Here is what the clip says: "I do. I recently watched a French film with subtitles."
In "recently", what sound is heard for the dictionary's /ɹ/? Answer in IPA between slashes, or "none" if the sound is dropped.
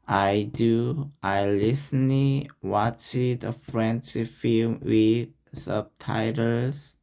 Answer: /l/